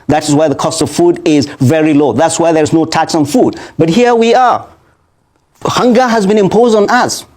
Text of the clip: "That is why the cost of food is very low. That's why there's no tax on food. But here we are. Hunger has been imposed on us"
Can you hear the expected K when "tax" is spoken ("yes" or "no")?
yes